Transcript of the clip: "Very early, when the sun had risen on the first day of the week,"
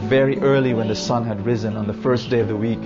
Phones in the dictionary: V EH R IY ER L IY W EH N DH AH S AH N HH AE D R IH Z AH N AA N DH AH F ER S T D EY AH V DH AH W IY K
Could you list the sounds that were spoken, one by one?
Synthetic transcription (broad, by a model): V EH R IY ER L IY W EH N DH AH S AH N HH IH D R IH Z AH N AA N DH AH F ER S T D EY AH V DH AH W IY K